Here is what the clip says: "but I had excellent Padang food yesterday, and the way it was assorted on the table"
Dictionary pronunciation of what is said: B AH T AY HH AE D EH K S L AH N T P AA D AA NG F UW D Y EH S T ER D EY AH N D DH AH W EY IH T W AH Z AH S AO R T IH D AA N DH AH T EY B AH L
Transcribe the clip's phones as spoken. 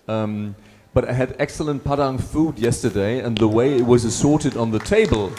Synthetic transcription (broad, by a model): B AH T AY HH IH D EH K S L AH N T P AA D AA NG F UW D Y EH S T ER D EY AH N DH AH W EY IH T W AH Z AH S AO R T IH D N DH AH T EY B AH L